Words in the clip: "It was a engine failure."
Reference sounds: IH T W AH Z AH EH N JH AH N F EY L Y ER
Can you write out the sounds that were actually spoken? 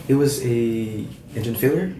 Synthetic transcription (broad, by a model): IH T W AH Z AH EH N JH AH N F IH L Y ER